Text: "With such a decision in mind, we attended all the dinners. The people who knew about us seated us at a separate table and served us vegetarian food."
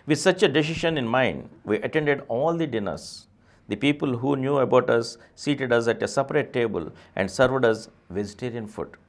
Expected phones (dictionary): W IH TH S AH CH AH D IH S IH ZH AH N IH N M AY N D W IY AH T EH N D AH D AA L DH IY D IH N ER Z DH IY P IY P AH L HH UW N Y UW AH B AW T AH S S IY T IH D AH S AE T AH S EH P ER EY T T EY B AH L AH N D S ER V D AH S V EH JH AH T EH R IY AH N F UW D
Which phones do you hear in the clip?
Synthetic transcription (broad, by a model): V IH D S AH CH AH D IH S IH SH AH N IH N M AY N D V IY AH T EH N D AH D AA L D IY D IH N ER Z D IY P IY P AH L HH UW N Y UW AH B AW T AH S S IY T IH D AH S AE T AH S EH P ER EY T T EY B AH L AH N D S ER V D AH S V EH JH AH T EH R IY AH N F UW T